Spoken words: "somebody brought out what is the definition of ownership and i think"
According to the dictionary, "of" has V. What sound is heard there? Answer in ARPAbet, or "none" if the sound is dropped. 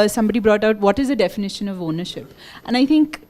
V